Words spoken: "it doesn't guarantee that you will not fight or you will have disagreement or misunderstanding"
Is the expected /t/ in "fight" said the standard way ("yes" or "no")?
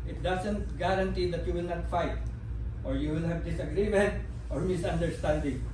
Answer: yes